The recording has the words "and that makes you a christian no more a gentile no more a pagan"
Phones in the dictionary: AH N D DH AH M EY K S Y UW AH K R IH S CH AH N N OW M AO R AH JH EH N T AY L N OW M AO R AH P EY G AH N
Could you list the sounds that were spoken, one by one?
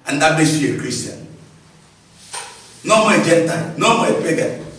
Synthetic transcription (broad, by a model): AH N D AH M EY S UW AH K R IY S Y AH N N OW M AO AH JH EH N T AY L N OW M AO AH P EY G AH